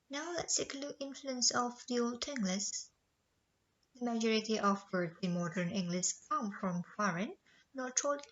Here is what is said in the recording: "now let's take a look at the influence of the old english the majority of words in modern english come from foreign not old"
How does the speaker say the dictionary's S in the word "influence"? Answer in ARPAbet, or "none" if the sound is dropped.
S